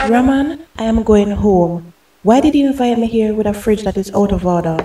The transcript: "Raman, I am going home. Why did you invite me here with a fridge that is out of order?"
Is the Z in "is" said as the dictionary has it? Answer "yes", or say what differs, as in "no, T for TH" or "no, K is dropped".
no, S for Z